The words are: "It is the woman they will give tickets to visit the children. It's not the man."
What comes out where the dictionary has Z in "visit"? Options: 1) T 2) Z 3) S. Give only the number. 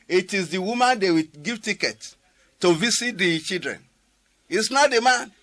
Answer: 3